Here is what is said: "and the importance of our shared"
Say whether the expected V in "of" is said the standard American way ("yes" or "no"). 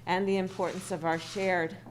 yes